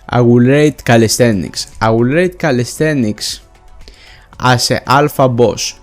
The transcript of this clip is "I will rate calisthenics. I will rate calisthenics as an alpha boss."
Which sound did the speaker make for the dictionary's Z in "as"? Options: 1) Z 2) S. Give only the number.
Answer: 2